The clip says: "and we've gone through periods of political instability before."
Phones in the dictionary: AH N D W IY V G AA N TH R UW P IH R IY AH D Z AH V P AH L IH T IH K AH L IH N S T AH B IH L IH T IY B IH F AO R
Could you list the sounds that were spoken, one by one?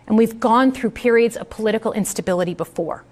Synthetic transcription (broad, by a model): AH N W IY V G AA N TH R UW P IH R IY AH D Z AH V P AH L IH T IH K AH L IH N S T AH B IH L IH T IY B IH F AO R